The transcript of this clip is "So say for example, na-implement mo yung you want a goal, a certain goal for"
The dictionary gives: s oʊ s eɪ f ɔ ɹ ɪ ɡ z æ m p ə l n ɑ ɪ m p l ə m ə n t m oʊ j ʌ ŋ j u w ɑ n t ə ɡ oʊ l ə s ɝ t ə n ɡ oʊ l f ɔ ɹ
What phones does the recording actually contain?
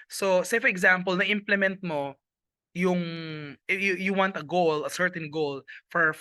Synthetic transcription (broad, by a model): s oʊ s eɪ f ɔ ɹ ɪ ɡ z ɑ m p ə l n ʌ ɪ m p l ə m ə n t m oʊ j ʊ ŋ j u w ɑ n t ə ɡ oʊ l ə s ɝ t ə n ɡ oʊ l f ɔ ɹ